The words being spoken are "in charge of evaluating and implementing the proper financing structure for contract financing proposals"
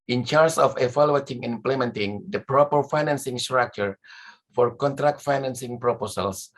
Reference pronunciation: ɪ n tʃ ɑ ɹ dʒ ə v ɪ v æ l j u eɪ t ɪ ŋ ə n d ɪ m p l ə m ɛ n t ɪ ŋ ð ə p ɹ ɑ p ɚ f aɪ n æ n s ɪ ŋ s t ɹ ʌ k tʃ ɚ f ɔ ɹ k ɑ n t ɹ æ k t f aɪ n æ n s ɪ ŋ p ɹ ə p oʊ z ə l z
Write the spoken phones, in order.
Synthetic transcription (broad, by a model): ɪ n tʃ ɑ ɹ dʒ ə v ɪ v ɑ l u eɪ t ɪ ŋ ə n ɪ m p l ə m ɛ n t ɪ ŋ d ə p ɹ ɑ p ɚ f aɪ n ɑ n s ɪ ŋ s t ɹ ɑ k tʃ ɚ f ɔ ɹ k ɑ n t ɹ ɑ k t f aɪ n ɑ n s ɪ ŋ p ɹ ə p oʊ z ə l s